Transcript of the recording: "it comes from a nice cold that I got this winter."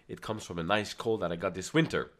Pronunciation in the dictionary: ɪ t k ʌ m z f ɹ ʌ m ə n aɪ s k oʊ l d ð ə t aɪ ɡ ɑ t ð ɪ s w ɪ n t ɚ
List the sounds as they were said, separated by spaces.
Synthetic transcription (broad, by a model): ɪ t k ʌ m z f ɹ ʌ m ə n aɪ s k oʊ l ð ə t aɪ ɡ ɑ t ð ɪ s w ɪ n t ɚ